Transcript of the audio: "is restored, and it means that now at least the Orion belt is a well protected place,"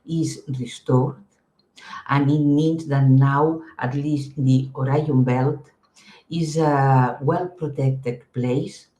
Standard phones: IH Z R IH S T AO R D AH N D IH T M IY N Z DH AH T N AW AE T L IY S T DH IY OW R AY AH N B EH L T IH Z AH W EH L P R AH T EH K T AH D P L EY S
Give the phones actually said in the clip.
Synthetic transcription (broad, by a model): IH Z R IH S T AO R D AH N IH T M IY N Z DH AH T N AW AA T L IY S T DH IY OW R AY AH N B EH L T IH Z AH W EH L P R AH T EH K T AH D P L EY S